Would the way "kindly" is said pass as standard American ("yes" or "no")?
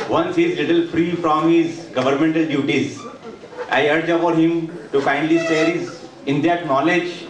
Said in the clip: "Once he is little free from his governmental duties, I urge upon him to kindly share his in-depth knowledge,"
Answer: no